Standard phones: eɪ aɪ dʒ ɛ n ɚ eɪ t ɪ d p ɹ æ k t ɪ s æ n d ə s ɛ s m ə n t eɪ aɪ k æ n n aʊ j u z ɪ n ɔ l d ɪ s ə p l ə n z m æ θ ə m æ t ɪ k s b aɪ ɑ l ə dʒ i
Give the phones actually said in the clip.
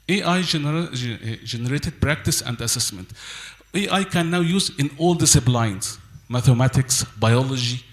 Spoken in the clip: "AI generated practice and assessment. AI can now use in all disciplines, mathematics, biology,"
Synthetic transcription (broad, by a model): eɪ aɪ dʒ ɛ n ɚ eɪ t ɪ d p ɹ æ k t ɪ s æ n d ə s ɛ s m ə n t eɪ aɪ k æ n n aʊ j u z ɪ n ɔ l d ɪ s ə b l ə n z m æ θ ə m æ t ɪ k s b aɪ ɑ l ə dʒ i